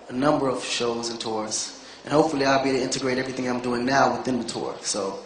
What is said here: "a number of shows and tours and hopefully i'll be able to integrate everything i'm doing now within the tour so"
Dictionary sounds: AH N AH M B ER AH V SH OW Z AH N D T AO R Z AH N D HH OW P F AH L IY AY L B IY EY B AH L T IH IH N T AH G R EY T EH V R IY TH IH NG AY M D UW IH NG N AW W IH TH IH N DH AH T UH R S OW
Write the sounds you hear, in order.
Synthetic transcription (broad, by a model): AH N AH M B ER AH V SH OW Z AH N T AO R Z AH N HH OW P F L IY AY L B IY T IH IH N T AH G R EY T EH V R IY TH IH NG AY M D UW IH NG N AW W IH TH IH N DH AH T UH R S OW